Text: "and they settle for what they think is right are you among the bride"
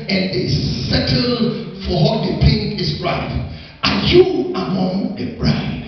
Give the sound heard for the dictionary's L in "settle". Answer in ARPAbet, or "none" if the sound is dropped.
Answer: L